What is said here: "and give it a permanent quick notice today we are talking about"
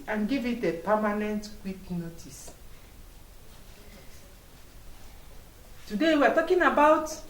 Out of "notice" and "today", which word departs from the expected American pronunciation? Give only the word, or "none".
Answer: none